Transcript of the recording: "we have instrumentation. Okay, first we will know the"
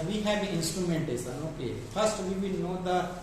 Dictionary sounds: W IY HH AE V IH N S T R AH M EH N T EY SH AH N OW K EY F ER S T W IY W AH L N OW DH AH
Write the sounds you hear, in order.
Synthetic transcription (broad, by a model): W IY HH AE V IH N S T R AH M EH N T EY S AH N OW K EY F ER S T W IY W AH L N OW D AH